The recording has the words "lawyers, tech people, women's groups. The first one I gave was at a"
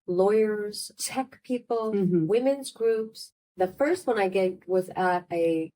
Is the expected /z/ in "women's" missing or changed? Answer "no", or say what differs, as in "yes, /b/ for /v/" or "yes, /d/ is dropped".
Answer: no